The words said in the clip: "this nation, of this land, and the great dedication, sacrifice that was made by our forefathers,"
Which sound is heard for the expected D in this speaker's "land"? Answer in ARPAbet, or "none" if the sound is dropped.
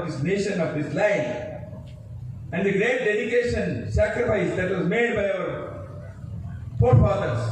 none